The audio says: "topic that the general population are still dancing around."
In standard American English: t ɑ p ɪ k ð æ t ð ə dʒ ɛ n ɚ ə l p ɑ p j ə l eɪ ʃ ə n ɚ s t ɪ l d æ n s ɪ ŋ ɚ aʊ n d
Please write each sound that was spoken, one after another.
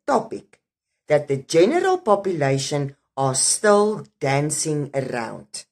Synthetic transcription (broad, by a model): t ɑ p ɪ k ð æ t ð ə dʒ ɛ n ɚ ə l p ɑ p j ə l eɪ ʃ ə n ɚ s t ɪ l d æ n s ɪ ŋ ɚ aʊ n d